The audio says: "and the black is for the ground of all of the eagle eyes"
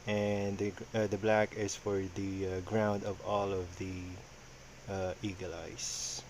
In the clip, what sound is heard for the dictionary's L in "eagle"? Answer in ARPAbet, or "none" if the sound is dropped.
L